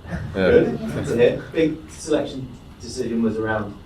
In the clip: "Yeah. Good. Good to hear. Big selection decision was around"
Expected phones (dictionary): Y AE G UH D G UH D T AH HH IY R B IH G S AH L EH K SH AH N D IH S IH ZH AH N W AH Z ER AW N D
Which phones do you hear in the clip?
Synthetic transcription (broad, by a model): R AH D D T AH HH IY B IH G S AH L EH K SH AH N D IH S IH ZH AH N W AH Z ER AW N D